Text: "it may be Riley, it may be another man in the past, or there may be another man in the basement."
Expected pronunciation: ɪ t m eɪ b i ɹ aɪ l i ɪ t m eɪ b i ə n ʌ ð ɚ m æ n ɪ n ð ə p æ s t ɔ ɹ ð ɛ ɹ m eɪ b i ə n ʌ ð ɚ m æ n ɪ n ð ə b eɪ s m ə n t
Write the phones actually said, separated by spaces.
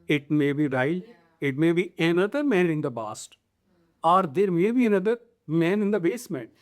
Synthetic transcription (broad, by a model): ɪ t m eɪ b i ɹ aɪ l ɪ t m eɪ b i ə n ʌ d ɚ m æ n ɪ n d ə b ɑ s t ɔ ɹ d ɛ ɹ m eɪ b i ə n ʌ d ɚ m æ n ɪ n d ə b eɪ s m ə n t